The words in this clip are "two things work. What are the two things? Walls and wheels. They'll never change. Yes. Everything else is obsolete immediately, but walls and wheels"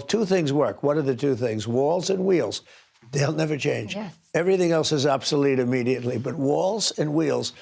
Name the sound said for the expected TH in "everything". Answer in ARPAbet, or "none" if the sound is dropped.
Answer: TH